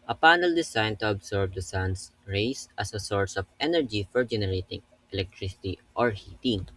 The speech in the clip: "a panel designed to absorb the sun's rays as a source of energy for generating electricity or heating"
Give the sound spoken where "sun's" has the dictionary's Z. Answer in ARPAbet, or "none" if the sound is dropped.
S